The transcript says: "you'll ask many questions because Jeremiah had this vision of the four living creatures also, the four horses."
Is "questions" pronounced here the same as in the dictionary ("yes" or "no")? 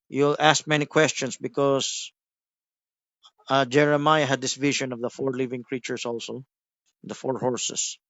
no